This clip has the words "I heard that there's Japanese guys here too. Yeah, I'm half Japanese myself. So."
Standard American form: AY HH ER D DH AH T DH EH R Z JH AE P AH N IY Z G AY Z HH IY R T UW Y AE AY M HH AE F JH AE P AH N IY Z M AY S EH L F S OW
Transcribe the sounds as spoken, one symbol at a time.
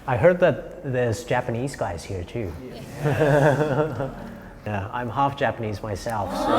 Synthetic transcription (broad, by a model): AY HH ER D DH AH T DH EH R Z JH AE P AH N IY Z G AY Z HH IY R T UW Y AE AY M HH AE F JH AE P AH N IY Z M AY S EH L F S